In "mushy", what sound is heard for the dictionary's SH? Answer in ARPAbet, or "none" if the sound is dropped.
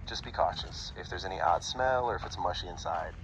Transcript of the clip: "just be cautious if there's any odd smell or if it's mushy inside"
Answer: SH